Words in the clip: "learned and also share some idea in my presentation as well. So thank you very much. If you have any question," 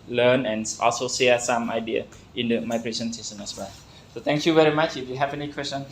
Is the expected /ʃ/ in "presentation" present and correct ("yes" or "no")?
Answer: no